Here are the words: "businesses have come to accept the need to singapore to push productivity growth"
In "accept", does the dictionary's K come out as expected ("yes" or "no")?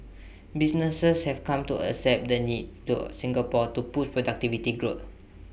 no